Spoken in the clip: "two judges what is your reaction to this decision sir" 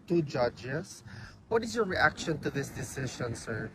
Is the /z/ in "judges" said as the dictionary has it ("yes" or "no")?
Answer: no